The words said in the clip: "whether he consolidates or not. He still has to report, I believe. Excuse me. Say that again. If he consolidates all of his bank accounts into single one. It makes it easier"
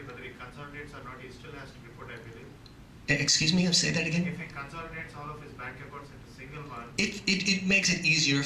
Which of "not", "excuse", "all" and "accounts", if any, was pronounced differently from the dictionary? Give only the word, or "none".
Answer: accounts